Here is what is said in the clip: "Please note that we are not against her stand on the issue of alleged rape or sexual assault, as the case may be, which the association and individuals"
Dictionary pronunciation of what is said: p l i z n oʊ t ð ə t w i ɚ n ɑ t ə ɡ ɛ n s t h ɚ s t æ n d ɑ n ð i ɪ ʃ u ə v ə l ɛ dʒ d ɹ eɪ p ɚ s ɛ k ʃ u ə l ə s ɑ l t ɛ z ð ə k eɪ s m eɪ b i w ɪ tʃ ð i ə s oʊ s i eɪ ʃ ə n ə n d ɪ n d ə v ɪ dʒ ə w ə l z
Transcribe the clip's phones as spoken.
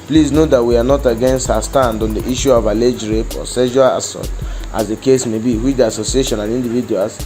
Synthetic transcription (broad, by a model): p l i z n oʊ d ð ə t w i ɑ n ɑ t ə ɡ ɛ n s t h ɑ s t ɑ n d ɑ n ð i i ʃ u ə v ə l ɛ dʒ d ɹ eɪ p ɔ s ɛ ʃ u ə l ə s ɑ t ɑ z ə k eɪ s m eɪ b i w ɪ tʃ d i ə s oʊ s i eɪ ʃ ə n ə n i n d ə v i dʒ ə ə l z